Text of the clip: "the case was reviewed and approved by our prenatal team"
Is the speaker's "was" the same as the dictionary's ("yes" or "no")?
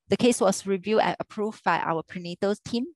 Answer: no